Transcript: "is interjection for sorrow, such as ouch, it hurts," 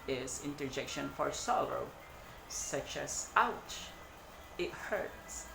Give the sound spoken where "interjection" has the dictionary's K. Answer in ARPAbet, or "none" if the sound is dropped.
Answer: K